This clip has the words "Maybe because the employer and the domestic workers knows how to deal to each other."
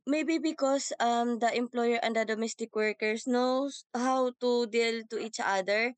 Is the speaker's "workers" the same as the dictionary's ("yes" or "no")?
no